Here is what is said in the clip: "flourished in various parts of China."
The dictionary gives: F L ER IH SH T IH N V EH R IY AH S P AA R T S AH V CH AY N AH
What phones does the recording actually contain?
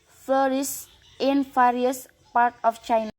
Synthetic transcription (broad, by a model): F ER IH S IH N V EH R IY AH S P AA R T AH F CH AY N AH